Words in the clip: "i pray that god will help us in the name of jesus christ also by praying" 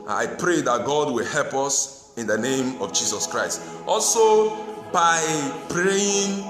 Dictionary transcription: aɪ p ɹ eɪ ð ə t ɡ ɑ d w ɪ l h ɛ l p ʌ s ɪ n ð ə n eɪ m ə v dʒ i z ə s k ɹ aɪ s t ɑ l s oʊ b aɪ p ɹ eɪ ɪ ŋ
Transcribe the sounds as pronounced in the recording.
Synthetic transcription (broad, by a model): aɪ p ɹ eɪ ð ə t ɡ ɑ d w ɪ l h ɛ l p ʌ s ɪ n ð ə n eɪ m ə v dʒ i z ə s k ɹ aɪ s t ɑ l s oʊ b aɪ p ɹ eɪ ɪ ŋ